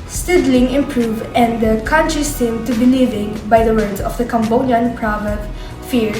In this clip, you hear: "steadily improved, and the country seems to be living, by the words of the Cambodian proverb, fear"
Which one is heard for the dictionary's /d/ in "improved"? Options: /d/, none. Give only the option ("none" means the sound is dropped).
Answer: none